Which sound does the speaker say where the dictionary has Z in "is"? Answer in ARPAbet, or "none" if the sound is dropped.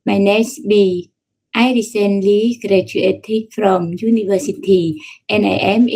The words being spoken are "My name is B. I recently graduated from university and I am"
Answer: S